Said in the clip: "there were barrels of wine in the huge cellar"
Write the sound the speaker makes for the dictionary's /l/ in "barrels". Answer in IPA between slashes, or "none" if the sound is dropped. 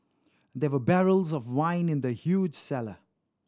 /l/